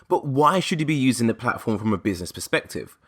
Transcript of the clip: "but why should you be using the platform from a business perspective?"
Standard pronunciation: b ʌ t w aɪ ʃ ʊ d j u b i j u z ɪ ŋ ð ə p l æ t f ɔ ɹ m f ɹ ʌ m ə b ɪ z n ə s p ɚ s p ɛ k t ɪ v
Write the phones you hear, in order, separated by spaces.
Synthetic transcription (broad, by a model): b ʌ t w aɪ ʃ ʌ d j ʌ b i j u z ɪ ŋ ð ə p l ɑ t f ɔ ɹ m f ɹ ʌ m ə b ɪ z n ə s p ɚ s p ɛ k t ɪ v